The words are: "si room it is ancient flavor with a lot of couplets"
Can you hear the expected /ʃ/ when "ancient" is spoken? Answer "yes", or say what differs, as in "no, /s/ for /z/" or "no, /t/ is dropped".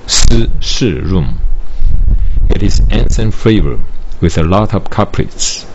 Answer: no, /s/ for /ʃ/